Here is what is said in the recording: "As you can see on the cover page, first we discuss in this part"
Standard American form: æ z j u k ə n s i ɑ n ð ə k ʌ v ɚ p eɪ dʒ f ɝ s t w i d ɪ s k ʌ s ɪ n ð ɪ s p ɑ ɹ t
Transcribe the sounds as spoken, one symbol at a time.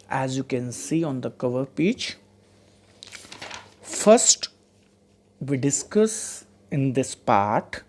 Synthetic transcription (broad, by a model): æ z j u k ə n s i ɑ n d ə k ʌ v ɚ p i tʃ f ɝ s t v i d ɪ s k ʌ s ɪ n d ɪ s p ɑ ɹ t